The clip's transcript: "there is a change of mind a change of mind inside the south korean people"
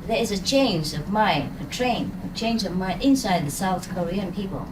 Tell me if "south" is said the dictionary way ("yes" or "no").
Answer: yes